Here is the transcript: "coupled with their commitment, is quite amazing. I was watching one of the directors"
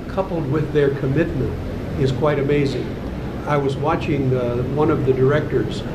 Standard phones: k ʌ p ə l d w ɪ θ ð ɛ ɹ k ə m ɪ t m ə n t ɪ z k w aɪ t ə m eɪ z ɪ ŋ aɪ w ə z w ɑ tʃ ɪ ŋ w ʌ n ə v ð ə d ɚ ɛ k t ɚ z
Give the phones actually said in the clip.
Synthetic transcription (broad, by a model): k ʌ p l d w ɪ ð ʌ ɹ k ə m ɪ t m ə n t ɪ z k w aɪ t ə m eɪ z ɪ ŋ aɪ w ə z w ɑ tʃ ɪ ŋ w ʌ n ə v ð ə d ɚ ɛ k t ɚ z